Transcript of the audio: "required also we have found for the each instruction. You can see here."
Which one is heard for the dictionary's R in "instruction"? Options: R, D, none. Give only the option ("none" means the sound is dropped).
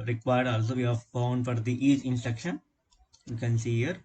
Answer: none